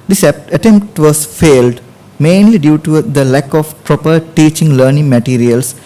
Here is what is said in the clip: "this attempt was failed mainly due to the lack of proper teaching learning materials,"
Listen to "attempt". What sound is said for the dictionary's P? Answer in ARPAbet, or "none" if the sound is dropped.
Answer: P